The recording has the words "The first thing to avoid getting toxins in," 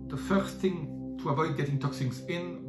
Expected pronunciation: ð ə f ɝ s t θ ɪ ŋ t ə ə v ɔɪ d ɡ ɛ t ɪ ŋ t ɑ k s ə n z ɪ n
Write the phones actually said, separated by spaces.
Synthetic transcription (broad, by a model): ð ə f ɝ s θ ɪ ŋ t ə ə v ɔɪ d ɡ ɛ t ɪ ŋ t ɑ k s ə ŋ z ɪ n